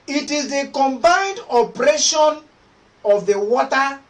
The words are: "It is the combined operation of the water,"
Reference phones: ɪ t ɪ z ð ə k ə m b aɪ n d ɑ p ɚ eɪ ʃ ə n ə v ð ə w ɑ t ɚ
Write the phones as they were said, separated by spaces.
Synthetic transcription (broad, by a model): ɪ t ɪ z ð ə k ə m b aɪ n d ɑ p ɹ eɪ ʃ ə n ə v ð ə w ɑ t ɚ